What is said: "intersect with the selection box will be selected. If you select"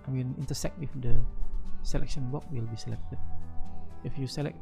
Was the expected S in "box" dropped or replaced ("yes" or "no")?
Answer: yes